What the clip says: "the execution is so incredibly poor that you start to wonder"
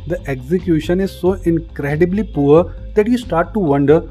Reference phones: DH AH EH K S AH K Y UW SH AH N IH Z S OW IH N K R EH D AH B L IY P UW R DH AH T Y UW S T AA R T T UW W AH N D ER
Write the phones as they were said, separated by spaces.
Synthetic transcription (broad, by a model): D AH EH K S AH K Y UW SH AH N IH Z S OW IH N K R EH D AH B L IY P UW R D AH T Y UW S T AA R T T UW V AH N D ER